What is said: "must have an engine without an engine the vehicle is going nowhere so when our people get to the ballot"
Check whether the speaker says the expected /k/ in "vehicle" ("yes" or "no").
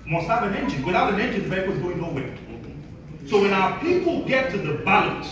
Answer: no